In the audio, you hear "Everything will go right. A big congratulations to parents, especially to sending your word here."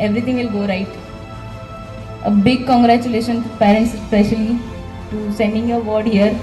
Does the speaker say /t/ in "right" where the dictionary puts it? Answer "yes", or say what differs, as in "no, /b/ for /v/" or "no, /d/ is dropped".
yes